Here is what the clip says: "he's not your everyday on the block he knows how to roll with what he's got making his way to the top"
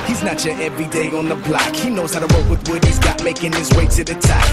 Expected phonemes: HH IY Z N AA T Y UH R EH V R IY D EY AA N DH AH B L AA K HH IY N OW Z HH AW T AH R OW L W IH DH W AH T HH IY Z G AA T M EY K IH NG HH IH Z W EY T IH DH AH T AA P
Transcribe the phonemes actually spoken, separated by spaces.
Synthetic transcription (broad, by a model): HH IY Z N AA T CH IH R EH V R IY D EY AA N DH AH B L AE K HH IY N OW Z HH AW T AH W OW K W IH DH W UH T HH IY Z G AA T M EY K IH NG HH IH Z W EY S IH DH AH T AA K